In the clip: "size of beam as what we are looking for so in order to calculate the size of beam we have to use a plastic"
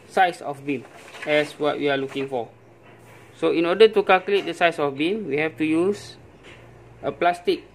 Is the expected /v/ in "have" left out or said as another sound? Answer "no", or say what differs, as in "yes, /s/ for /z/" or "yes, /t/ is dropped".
yes, /f/ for /v/